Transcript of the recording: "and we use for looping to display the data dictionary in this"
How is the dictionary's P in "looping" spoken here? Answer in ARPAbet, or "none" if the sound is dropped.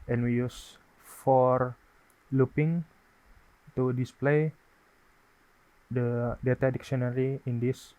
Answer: P